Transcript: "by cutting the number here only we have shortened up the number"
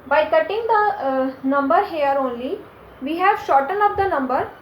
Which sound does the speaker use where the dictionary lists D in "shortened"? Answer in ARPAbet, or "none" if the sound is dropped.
none